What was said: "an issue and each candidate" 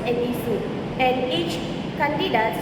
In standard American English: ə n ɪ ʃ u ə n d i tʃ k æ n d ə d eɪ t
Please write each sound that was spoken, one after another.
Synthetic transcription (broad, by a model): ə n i s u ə n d i tʃ k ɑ n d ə d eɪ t